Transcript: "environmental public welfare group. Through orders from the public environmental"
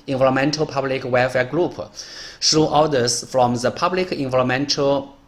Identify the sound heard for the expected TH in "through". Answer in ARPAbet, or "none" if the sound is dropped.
S